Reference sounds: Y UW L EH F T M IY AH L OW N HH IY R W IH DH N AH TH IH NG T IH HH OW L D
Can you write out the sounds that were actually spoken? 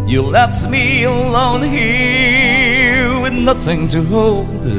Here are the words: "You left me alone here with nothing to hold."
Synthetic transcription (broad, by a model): Y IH L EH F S M IY AH L OW N HH IY R W IH DH N AH TH IH NG T IH HH OW L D